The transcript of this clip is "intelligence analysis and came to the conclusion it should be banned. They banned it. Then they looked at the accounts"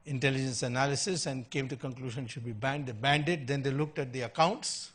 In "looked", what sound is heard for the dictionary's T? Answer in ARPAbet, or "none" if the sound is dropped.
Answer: T